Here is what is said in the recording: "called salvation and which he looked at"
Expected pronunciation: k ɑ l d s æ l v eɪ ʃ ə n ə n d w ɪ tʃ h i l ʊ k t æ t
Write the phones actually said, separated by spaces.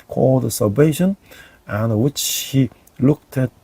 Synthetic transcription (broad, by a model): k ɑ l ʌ s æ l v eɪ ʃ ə n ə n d w ɪ tʃ h i l ʊ k t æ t